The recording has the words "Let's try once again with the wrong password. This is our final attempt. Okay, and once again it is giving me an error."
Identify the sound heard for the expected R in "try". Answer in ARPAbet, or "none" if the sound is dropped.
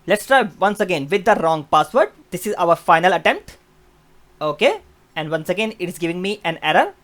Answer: R